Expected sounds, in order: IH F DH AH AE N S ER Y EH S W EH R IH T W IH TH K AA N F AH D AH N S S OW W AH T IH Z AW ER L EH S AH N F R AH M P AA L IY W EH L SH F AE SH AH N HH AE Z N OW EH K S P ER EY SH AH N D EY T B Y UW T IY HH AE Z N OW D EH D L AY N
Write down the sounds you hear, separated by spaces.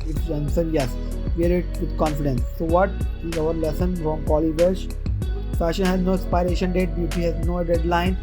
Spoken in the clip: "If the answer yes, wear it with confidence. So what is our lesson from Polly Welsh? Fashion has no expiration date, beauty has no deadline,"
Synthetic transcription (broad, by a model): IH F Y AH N S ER Y EH S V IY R IH T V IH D K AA N F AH D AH N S S OW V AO T IH Z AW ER L EH S AH N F R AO M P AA L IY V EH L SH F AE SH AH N HH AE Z N OW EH S P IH EY SH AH N D EY T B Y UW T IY HH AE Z N OW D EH D L AY N